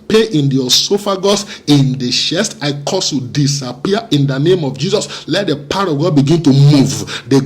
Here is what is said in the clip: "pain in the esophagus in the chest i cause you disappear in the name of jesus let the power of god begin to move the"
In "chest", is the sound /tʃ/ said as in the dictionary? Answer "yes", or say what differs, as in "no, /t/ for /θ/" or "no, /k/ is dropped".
no, /ʃ/ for /tʃ/